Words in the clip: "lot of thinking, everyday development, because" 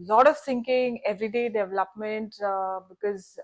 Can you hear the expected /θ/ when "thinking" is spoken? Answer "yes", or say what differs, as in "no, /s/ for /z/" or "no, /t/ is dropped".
no, /s/ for /θ/